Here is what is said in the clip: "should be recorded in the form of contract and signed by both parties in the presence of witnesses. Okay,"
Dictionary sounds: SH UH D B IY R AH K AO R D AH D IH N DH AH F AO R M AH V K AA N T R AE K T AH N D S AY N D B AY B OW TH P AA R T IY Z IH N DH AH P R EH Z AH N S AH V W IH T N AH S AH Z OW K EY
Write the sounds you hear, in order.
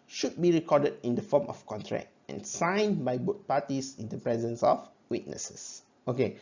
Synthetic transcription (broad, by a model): SH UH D B IY R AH K AO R D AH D IH N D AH F AO M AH F K AA N T R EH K T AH N S AY N B AY B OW T P AA T IY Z IH N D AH P R EH Z AH N S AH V W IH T N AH S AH S OW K EY